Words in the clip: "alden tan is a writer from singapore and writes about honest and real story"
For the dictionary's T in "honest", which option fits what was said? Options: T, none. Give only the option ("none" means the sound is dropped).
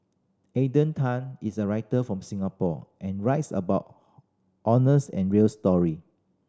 none